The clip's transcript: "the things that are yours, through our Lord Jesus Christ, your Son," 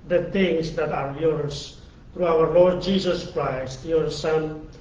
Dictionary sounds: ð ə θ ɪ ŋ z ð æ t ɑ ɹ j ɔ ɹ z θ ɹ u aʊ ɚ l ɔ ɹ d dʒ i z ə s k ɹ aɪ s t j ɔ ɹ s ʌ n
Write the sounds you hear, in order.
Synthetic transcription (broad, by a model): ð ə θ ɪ ŋ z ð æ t ɑ ɹ j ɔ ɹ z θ ɹ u aʊ ɚ l ɔ ɹ d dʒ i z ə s k ɹ aɪ s t j ɔ ɹ s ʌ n